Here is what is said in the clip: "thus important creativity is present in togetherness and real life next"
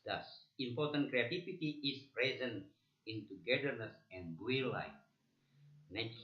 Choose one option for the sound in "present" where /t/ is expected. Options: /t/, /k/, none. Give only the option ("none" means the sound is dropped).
none